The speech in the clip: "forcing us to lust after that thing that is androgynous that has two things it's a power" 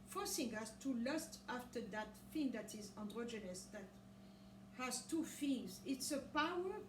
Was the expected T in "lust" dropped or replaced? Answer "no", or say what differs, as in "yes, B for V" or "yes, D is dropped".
no